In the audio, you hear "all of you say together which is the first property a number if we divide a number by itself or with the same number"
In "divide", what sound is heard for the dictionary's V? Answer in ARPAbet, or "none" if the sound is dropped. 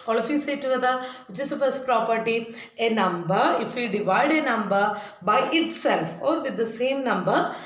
V